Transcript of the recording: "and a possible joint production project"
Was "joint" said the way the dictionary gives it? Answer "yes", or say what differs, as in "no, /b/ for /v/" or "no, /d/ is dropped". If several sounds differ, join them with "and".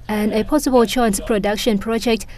no, /tʃ/ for /dʒ/